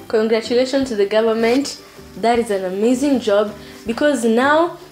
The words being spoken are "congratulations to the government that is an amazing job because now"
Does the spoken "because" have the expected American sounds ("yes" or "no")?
yes